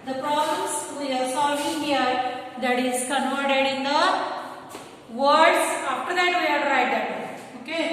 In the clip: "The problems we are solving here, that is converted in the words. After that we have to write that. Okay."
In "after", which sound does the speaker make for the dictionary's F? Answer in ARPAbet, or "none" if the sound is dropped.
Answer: P